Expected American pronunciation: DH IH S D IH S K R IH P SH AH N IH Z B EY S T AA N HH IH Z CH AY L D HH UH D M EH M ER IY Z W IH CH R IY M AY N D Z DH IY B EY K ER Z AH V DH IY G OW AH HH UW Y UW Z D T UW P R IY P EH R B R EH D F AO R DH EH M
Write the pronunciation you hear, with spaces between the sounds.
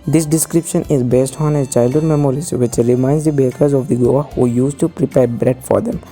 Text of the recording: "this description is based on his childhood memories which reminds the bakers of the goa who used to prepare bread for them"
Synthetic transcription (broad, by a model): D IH S D IH S K R IH P SH AH N IH Z B EY S T AA N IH CH AY L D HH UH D M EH M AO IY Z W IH CH R IY M AY N D Z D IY B EY K ER Z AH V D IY G OW AH HH UW Y UW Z T UW P R IY P EH R B R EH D F AO R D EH M